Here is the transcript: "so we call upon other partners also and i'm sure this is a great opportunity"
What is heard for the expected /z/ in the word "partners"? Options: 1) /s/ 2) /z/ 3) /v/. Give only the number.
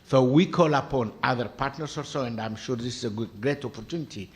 1